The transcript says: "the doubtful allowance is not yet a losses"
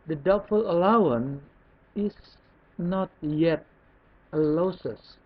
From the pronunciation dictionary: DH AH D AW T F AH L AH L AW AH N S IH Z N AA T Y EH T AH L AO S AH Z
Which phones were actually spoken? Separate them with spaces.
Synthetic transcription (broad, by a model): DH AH D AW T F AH L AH L AW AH N IH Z N AA T Y EH T AH L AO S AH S